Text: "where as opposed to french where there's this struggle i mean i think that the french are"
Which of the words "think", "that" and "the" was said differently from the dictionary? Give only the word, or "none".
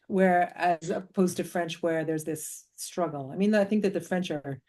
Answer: none